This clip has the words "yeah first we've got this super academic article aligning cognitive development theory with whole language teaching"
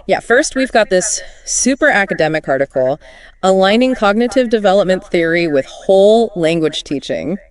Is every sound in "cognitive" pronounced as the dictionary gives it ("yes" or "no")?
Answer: yes